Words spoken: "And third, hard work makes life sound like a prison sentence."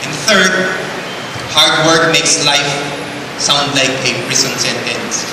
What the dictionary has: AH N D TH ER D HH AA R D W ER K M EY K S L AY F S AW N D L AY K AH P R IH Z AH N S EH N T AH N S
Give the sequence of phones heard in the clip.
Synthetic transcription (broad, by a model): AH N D TH ER D HH AA R D W ER K M EY K S L AY F S AW N D L AY K AH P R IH S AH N S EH N T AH N S